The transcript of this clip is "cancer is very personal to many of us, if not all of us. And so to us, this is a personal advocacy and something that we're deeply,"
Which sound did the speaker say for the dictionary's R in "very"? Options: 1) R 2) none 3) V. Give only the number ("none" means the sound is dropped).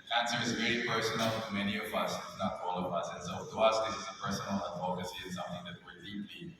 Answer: 2